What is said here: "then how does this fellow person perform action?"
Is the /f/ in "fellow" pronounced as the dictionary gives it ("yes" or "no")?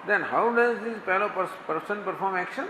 no